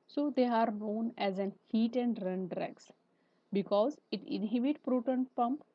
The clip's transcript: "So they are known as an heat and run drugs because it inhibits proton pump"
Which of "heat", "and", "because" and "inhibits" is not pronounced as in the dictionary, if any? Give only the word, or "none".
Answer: inhibits